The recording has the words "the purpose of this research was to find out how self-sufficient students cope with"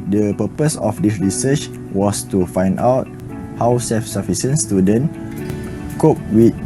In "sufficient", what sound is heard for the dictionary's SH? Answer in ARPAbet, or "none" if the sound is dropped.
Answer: S